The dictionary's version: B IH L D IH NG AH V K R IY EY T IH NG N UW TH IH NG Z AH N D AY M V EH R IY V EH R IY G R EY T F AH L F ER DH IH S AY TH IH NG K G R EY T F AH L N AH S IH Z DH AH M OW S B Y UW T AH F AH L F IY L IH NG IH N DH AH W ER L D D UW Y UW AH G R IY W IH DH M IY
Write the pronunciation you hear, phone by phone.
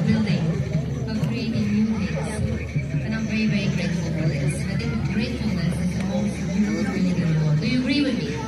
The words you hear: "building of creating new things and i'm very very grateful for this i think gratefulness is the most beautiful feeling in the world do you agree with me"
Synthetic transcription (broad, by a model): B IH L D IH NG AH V K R IY EY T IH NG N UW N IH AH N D AY M V EH R IY V EH R IY G R EY T F AH L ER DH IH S AY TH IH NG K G R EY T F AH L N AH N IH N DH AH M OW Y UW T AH AH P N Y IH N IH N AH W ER D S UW Y UW AH G R IY W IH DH M IY